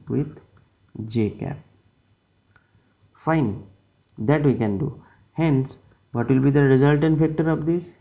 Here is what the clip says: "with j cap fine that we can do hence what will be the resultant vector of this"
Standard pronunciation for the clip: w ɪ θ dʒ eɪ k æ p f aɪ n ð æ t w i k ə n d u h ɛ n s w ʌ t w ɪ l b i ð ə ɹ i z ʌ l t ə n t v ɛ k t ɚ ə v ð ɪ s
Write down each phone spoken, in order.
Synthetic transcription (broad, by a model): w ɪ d dʒ eɪ k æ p f aɪ n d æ t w i k ə n d u h ɛ n s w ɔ t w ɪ l b i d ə ɹ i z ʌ l t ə n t f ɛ k t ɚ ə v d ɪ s